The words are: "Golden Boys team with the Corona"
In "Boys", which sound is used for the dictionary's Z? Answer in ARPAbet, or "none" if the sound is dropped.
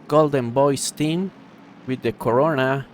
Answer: S